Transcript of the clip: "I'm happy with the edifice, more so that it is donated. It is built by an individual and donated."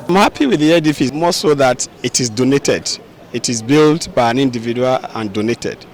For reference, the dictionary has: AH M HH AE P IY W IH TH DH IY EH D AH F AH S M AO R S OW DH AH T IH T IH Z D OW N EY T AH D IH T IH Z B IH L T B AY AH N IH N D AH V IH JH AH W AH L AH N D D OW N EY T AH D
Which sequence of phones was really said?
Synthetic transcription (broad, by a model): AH M HH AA P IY W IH DH IY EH D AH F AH M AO S OW DH AH T IH T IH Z D OW N EY T AH D IH T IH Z B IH L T B AY AH N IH N D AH V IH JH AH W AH L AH N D D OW N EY T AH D